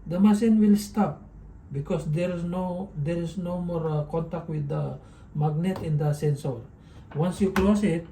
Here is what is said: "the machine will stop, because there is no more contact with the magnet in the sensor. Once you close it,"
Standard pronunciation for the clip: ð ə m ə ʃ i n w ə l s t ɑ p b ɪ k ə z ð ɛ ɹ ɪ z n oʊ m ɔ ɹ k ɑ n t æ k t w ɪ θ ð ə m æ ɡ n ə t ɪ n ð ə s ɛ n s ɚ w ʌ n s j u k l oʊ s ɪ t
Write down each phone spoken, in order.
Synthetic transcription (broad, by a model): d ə m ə s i n w ə l s t ɑ p b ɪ k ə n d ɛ ɹ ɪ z n oʊ m ɔ ɹ k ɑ n t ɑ k t w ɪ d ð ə m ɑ ɡ n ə t ɪ n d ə s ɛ n s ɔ w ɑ n s j u k l oʊ s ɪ t